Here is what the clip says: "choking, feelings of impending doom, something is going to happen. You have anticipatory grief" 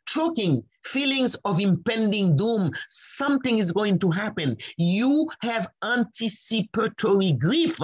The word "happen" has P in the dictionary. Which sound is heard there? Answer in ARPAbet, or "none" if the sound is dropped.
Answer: P